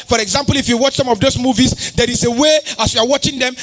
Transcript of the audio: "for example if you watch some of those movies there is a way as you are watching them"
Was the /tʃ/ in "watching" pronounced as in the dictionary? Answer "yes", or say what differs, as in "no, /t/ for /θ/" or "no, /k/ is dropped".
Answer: yes